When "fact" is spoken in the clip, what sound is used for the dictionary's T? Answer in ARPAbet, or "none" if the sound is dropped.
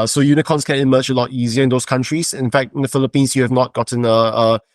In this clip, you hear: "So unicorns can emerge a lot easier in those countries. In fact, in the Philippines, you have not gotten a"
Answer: T